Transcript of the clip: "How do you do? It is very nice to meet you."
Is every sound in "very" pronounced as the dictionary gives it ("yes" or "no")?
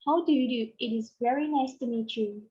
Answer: yes